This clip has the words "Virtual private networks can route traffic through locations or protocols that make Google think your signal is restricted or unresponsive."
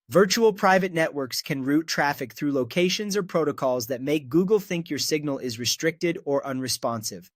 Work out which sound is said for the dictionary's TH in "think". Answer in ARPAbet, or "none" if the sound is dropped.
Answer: TH